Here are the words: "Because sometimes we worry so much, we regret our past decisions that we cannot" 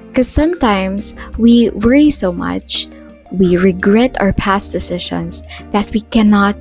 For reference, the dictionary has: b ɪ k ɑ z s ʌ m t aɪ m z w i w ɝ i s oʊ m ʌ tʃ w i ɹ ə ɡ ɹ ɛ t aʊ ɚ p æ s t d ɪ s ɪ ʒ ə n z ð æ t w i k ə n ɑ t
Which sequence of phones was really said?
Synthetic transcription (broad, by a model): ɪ k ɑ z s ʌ m t aɪ m s w i w ɝ i s oʊ m ʌ tʃ w i ɹ ə ɡ ɹ ɛ t aʊ ɚ p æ s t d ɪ s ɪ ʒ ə n s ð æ t w i k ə n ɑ t